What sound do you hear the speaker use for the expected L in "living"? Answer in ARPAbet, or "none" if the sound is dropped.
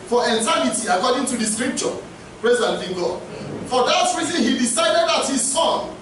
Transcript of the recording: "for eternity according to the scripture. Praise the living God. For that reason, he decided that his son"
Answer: N